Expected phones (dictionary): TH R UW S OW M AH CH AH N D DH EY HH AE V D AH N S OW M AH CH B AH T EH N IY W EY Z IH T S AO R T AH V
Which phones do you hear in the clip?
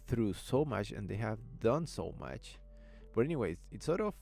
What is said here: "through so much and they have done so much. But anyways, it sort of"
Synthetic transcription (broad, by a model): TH R UW S OW M AH CH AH N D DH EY HH AE V D AH N S OW M AH CH B AH T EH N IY W EY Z IH T S AO R T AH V